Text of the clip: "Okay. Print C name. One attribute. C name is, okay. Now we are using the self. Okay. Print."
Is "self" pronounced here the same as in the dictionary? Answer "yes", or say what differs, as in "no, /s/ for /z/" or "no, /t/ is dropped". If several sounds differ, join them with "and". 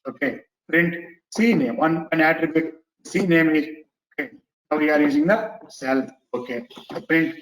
no, /f/ is dropped